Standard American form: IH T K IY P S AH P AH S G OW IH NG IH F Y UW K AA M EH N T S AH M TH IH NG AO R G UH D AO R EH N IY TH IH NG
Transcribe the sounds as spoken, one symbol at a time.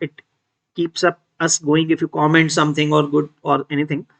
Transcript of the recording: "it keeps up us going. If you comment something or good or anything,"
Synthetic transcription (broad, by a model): IH T K IY P S AH P AH S G OW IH NG IH F Y UW K AA M EH N T S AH M T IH NG AO R G UH D AO R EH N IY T IH NG